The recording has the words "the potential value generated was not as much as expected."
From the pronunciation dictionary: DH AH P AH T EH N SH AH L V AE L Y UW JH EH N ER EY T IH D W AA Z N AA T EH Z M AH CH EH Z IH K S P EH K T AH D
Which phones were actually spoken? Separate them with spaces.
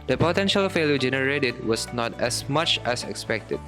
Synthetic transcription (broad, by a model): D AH P AH T EH N SH AH L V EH L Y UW JH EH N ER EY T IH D W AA S N AA T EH S M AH CH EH S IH K S P EH K T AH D